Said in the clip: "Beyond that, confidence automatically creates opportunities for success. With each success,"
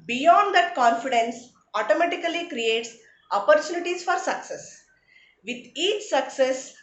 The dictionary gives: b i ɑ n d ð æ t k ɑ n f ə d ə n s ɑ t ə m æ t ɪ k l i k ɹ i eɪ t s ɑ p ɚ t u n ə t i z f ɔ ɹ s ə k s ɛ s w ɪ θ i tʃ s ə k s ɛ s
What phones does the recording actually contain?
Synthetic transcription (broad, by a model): b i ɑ n d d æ t k ɑ n f ə d ə n s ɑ t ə m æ t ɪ k l i k ɹ i eɪ t s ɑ p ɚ t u n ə t i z f ɔ ɹ s ə k s ɛ s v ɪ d i tʃ s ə k s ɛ s